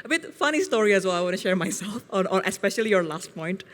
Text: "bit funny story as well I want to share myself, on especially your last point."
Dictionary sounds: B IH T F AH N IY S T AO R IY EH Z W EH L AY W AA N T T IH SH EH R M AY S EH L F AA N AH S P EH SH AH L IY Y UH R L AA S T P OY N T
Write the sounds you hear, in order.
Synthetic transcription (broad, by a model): B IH T F AH N IY S T AO R IY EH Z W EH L AY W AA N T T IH SH EH R M AY S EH L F AA N AH S P EH SH AH L IY Y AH R L AA S T P OY N T